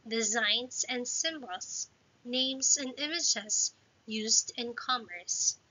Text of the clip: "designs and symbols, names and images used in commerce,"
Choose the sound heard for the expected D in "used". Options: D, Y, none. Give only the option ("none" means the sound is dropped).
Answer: D